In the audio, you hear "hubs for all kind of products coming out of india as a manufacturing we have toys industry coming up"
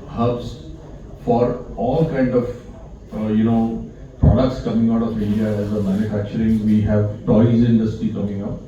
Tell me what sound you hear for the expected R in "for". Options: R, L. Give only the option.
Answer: R